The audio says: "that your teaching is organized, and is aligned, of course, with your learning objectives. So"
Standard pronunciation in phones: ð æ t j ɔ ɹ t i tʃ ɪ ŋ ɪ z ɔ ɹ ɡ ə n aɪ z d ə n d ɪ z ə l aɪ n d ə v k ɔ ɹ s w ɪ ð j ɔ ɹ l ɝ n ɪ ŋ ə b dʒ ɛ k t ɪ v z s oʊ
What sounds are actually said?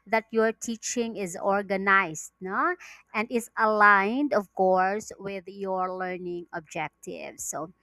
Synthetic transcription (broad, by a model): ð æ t j ɔ ɹ t i tʃ ɪ ŋ ɪ z ɔ ɹ ɡ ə n aɪ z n ə n d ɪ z ə l aɪ n d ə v k ɔ ɹ s w ɪ ð j ɔ ɹ l ɝ n ɪ ŋ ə b dʒ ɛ k t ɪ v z s oʊ